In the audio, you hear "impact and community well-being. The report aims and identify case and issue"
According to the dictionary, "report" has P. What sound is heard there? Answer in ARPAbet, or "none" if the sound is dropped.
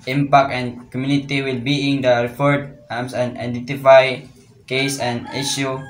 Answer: F